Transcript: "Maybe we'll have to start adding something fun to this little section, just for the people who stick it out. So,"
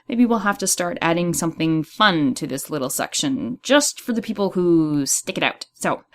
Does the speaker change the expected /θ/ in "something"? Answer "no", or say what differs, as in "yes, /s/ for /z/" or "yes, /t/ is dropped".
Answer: no